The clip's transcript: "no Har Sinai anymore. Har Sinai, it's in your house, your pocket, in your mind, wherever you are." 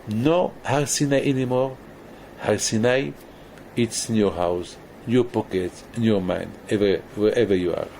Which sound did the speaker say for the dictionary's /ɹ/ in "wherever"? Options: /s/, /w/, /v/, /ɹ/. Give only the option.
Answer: /w/